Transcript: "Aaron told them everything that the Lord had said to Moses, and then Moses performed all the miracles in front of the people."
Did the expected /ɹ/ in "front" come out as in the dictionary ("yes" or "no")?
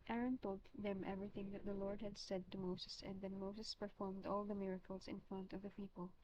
yes